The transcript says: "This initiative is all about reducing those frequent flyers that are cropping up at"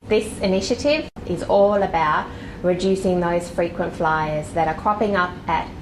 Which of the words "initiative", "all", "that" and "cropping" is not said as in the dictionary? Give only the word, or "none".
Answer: none